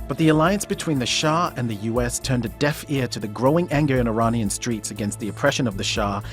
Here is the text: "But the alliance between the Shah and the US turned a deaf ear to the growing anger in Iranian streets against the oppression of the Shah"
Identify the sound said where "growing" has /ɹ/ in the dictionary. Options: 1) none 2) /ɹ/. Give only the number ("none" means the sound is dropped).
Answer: 2